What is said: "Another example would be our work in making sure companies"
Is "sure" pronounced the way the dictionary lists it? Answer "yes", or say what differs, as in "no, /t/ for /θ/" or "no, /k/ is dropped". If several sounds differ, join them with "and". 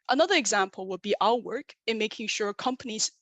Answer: yes